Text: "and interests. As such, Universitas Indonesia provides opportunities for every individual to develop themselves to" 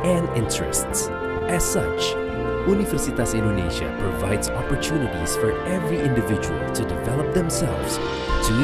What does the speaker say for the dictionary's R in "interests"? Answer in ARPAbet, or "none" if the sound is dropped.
R